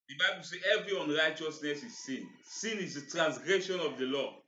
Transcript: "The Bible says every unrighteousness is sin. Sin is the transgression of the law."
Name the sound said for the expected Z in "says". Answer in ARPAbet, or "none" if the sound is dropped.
none